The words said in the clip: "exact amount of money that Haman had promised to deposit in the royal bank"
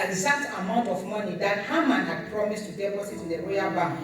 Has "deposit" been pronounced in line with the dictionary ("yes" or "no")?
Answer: no